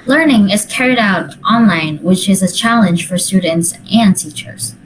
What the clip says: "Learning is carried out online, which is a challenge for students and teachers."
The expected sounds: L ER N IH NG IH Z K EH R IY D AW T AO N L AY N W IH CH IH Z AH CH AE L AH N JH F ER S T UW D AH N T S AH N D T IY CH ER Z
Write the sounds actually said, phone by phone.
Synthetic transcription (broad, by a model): L ER N IH NG IH Z K EH R IY D AW T AO N L AY N W IH CH IH Z AH CH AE L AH N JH F ER S T UW D N T S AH N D T IY CH ER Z